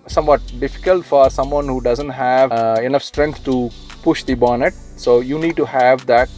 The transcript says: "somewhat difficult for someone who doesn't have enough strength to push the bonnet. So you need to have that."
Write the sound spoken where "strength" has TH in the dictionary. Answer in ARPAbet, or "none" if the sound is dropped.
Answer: T